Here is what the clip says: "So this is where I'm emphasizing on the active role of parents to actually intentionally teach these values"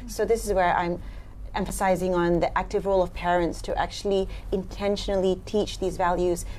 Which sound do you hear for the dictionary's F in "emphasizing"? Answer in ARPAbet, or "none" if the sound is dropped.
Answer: F